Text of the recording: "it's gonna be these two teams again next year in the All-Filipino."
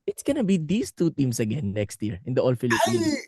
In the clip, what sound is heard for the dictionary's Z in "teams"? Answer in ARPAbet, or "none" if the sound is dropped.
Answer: S